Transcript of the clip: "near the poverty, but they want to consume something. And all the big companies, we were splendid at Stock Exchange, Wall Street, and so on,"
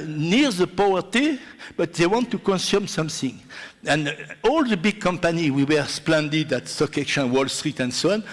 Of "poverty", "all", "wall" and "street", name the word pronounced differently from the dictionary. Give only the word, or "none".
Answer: poverty